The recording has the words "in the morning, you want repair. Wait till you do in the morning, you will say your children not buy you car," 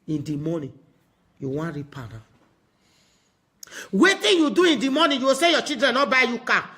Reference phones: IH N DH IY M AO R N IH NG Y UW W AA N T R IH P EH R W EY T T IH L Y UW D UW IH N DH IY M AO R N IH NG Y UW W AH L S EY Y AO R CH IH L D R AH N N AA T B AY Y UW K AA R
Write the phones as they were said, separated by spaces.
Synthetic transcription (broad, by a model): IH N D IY M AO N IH Y UW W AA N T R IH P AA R W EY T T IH N Y UW D UW IH N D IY M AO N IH Y UW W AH S EY Y AO CH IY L D R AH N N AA B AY Y UW K AA